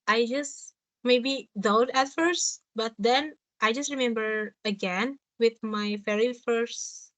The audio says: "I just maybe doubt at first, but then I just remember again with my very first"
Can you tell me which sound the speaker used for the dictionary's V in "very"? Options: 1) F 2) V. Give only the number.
1